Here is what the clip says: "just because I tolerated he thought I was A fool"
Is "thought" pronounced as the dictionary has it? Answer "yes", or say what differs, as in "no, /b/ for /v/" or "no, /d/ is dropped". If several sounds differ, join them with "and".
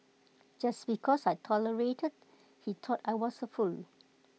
no, /t/ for /θ/